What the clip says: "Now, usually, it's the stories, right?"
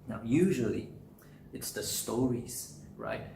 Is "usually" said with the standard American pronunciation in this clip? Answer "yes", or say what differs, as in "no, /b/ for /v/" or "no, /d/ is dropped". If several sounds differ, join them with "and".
yes